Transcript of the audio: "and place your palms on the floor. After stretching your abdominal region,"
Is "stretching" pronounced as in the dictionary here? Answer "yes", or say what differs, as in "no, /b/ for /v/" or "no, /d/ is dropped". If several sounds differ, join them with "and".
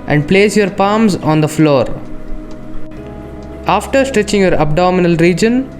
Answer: yes